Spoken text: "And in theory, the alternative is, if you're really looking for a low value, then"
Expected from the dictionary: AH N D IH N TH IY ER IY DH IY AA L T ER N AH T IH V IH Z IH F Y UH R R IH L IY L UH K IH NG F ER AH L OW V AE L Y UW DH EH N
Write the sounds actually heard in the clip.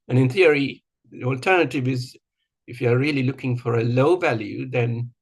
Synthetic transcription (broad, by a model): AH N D IH N TH IY ER IY DH IY AA L T ER N AH T IH V IH Z IH F Y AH R R IH L IY L UH K IH NG F ER AH L OW V AE L Y UW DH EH N